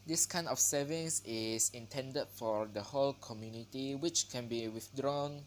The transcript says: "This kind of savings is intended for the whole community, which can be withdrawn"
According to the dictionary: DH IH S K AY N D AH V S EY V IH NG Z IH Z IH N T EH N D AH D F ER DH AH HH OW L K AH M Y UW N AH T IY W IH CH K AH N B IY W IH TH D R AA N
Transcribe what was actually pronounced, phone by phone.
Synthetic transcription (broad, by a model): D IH S K AY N AH F S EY V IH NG S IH S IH N T EH N D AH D F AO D AH HH OW L K AH M Y UW N AH T IY W IH CH K AH N B IY W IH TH D R AA N